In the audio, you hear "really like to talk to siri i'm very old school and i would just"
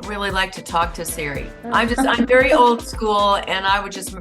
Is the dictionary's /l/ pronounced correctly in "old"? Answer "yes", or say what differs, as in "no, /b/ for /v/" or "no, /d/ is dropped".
yes